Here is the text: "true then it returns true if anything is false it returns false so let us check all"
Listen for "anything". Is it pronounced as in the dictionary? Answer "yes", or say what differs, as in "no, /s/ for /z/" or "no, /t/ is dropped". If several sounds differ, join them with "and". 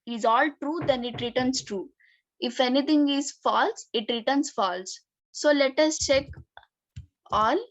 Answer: no, /t/ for /θ/